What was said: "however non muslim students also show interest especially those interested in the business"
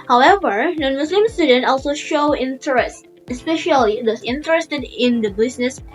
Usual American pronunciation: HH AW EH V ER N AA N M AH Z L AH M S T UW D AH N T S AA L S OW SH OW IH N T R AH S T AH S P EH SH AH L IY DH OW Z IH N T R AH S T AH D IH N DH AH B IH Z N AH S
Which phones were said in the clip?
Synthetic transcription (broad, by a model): HH AW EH V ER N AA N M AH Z L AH M S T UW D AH N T AA L S OW SH OW IH N T R AH S T AH S P EH SH AH L IY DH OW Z IH N T R AH S T AH D IH N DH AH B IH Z N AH S